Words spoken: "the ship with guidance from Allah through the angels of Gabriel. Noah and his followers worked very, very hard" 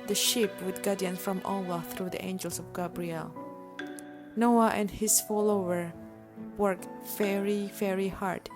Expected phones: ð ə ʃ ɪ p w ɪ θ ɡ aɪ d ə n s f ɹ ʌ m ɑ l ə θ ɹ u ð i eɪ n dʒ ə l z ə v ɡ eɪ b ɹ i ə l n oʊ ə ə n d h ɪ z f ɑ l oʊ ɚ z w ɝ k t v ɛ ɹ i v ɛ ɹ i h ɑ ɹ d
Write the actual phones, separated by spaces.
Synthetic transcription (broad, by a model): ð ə ʃ ɪ p w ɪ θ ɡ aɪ d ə n f ɹ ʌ m ɑ l ə θ ɹ u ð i eɪ n dʒ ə l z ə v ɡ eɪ b ɹ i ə l n oʊ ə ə n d h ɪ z f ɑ l oʊ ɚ w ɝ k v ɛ ɹ i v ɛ ɹ i h ɑ ɹ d